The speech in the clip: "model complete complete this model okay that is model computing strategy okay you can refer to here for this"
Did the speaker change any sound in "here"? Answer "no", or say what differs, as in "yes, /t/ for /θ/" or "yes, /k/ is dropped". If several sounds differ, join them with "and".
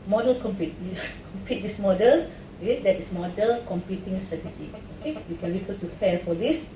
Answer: yes, /l/ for /ɹ/